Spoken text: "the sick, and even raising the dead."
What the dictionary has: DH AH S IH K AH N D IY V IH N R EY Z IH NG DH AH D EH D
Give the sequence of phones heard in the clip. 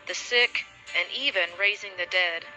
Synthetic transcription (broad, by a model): DH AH S IH K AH N IY V IH N R EY Z IH NG DH AH D EH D